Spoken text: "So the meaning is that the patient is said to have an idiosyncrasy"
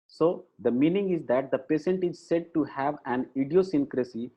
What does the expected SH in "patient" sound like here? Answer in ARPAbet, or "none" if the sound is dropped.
S